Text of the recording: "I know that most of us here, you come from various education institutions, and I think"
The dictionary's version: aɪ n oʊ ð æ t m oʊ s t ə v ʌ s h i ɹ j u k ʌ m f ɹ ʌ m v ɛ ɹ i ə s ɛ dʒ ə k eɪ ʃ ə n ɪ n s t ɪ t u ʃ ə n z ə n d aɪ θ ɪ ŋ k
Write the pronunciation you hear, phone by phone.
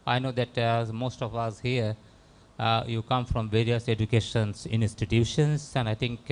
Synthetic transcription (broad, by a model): aɪ n oʊ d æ t m oʊ s t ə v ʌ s h i ɹ j u k ʌ m f ɹ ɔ m v ɛ ɹ i ə s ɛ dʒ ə k eɪ ʃ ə n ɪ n s t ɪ t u ʃ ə n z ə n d aɪ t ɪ ŋ k